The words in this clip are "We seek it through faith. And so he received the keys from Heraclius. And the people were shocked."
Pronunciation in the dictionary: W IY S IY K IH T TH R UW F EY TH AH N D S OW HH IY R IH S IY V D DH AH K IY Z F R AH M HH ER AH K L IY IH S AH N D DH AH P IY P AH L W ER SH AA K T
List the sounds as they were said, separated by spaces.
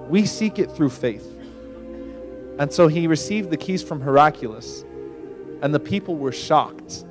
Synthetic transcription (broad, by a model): W IY S IY K IH T TH R UW F EY TH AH N S OW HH IY R IH S IY V D DH AH K IY Z F R AH M HH ER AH K L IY S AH N DH AH P IY P L W ER SH AA K T